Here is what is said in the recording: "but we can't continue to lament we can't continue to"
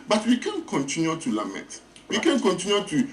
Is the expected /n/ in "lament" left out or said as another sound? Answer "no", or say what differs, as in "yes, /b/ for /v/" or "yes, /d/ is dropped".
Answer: yes, /n/ is dropped